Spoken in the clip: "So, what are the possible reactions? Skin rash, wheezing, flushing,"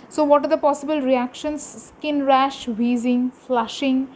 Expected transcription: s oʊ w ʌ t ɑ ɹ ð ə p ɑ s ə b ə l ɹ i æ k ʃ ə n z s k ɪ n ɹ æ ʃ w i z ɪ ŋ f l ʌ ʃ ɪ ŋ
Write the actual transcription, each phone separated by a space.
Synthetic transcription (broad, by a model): s oʊ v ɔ t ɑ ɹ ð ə p ɑ s ə b ə l ɹ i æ k ʃ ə n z s k ɪ n ɹ æ ʃ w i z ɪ ŋ f l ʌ ʃ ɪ ŋ